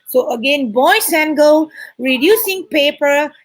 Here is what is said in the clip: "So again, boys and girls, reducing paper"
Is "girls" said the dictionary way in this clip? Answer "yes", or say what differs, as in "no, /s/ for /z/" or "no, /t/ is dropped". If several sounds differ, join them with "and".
no, /z/ is dropped